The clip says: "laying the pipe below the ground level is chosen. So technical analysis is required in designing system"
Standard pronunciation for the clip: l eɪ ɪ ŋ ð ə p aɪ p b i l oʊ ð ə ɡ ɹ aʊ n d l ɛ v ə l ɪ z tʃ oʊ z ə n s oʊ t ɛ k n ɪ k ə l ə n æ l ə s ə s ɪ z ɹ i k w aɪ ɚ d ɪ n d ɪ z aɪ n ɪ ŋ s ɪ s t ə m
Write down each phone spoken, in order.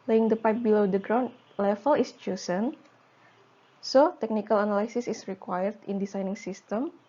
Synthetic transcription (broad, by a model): l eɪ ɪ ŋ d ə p aɪ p b i l oʊ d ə ɡ ɹ aʊ n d l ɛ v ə l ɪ s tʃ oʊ s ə n s oʊ t ɛ k n ɪ k ə l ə n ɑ l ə s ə s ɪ s ɹ i k w aɪ ɚ d ɪ n d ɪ s aɪ n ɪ ŋ s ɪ s t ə m